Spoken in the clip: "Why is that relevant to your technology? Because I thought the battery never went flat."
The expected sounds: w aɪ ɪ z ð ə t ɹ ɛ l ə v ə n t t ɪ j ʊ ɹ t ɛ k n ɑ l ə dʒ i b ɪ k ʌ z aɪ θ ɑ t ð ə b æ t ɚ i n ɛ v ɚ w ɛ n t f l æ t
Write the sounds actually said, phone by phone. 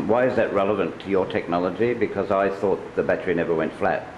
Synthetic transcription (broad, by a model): w aɪ ɪ z ð ə t ɹ ɛ l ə v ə n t t ɪ j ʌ ɹ t ɛ k n ɑ l ə dʒ i b ɪ k ʌ z aɪ θ ɑ t ð ə b æ t ɚ i n ɛ v ɚ w ɛ n t f l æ t